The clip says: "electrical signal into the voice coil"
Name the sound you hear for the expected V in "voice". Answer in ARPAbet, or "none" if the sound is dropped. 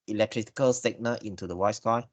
W